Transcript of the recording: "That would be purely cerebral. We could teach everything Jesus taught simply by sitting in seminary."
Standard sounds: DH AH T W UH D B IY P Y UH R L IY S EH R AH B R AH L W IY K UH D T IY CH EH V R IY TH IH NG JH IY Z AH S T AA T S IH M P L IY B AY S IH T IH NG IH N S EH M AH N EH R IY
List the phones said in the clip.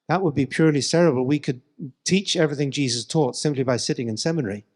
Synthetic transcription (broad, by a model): DH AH T W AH D B IY P Y UH R L IY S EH R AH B AH L W IY K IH D T IY CH EH V R IY TH IH NG JH IY Z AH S T AA T S IH M P L IY B AY S IH T IH NG IH N S EH M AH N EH R IY